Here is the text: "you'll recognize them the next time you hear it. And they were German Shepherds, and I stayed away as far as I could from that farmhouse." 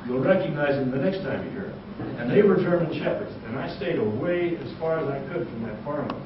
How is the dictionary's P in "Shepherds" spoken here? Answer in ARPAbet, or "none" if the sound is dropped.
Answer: P